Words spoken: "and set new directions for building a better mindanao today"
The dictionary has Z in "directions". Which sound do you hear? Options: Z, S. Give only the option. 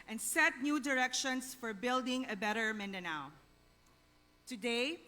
S